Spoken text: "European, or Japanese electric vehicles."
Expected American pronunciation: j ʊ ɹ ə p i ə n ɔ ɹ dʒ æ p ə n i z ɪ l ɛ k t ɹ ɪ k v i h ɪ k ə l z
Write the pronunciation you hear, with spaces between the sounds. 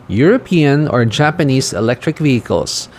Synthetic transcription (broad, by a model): j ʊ ɹ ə p i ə n ɔ ɹ dʒ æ p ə n i s ɪ l ɛ k t ɹ ɪ k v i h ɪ k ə l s